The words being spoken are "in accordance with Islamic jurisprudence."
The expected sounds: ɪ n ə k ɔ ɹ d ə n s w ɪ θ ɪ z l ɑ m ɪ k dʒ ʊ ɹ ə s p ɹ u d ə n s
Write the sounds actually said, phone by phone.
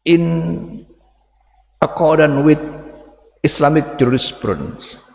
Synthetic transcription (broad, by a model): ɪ n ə k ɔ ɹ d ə n w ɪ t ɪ s l ɑ m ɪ k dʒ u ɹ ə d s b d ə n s